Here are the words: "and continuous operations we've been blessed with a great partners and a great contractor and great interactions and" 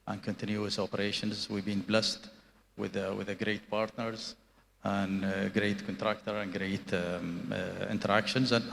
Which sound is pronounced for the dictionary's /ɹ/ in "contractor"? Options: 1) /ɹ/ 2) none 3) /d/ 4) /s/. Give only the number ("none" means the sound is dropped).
1